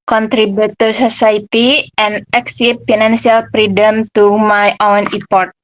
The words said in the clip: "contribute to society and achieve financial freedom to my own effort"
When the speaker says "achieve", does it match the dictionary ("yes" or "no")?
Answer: no